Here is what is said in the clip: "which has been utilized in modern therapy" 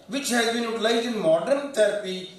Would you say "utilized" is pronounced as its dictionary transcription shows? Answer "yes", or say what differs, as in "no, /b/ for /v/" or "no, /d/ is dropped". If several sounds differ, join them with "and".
no, /d/ is dropped